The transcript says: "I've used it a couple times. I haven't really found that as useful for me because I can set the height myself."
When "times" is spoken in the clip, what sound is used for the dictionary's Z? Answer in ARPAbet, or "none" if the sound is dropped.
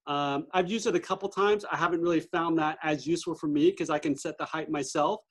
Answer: Z